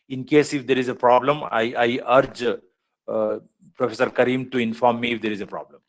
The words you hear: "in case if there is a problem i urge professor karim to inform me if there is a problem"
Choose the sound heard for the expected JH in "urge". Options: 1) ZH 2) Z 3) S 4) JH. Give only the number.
4